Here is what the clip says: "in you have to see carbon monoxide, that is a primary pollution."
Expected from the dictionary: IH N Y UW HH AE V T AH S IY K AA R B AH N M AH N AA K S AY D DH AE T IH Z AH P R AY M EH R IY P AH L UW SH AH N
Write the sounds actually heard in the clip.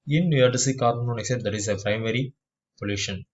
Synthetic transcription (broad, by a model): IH N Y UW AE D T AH S IY K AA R AH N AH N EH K S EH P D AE T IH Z AH P R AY M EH R IY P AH L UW SH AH N